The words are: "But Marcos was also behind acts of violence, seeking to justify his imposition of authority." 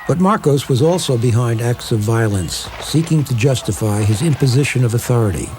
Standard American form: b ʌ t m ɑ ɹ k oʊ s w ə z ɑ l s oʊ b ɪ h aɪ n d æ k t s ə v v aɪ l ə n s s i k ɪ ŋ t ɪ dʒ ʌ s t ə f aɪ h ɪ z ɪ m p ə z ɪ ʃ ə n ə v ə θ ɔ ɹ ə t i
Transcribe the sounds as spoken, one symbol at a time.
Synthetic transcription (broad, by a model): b ʌ t m ɑ ɹ k oʊ s w ə z ɑ l s oʊ b ɪ h aɪ n d æ k t s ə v v aɪ l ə n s s i k ɪ ŋ t ɪ dʒ ʌ s t ə f aɪ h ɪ z ɪ m p ə z ɪ ʃ ə n ə v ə θ ɔ ɹ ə t i